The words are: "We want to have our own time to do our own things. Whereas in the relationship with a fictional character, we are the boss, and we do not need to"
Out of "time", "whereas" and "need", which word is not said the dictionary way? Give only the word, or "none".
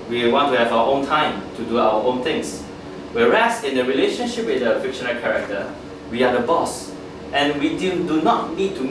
whereas